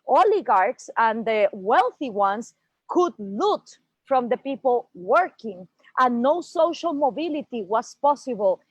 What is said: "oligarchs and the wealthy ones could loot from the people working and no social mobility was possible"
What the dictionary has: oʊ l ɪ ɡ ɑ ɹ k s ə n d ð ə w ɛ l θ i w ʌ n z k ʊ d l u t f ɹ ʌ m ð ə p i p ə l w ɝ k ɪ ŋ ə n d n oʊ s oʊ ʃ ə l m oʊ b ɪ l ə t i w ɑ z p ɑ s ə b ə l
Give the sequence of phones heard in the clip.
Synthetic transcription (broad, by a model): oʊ l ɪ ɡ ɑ ɹ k s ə n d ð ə w ɛ l θ i w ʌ n s k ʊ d l u t f ɹ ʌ m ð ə p i p ə l w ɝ k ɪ ŋ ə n n oʊ s oʊ ʃ ə l m oʊ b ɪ l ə t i w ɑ s p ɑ s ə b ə l